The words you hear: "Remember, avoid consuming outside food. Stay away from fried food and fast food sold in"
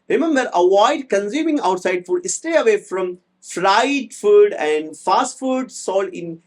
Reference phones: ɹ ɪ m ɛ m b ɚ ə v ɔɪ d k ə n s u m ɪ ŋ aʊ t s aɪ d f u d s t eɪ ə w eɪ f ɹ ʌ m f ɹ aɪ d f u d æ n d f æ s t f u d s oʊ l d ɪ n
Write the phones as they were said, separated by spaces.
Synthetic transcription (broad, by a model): ɹ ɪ m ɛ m b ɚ ə v ɔɪ d k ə n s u m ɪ ŋ aʊ t s aɪ d f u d s t eɪ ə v eɪ f ɹ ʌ m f ɹ aɪ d f u d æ n d f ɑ s t f u d s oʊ l ɪ n